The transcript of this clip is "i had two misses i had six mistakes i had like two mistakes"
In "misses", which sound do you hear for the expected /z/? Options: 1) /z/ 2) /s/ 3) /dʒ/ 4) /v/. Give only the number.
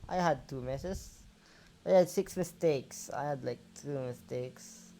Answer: 2